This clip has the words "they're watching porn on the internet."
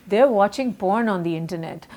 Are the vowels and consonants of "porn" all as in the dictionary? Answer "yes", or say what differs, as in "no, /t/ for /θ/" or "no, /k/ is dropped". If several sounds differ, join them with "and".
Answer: yes